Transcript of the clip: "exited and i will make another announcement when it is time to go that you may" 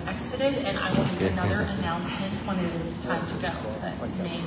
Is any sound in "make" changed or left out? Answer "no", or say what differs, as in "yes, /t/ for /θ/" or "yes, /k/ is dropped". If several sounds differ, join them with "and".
yes, /k/ is dropped